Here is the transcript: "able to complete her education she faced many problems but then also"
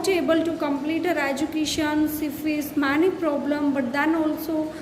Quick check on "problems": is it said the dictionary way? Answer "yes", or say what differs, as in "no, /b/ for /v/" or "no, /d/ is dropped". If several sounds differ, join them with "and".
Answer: no, /z/ is dropped